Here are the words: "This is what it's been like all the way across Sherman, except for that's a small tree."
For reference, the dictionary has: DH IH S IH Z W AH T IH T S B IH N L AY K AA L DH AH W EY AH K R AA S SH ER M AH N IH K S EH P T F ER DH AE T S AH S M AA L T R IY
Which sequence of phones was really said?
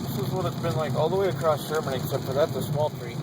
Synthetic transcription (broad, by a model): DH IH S IH Z W AH T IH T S B IH N L AY K AA L DH AH W EY AH K R AA S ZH ER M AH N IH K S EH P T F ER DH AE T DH AH S M AA L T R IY